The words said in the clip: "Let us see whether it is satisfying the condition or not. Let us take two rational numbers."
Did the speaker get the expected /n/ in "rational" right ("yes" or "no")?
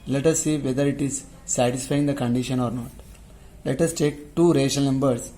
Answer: no